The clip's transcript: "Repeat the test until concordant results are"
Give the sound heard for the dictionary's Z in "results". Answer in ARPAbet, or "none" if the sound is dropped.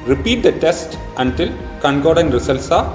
S